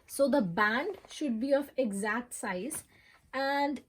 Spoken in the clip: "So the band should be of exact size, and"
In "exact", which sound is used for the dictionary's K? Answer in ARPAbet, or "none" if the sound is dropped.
K